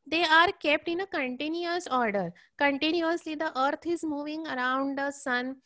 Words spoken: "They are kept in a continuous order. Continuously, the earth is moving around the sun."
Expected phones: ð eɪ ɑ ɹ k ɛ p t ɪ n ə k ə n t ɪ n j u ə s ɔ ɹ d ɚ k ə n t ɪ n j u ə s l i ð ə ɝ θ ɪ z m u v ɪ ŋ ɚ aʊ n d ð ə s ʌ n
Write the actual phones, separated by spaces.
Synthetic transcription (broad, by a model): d eɪ ɑ ɹ k ɛ p t ɪ n ə k ə n t ɪ n j u ə s ɔ ɹ d ɚ k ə n t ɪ n j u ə s l i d ə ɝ t ɪ z m u v ɪ ŋ ɚ aʊ n d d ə s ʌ n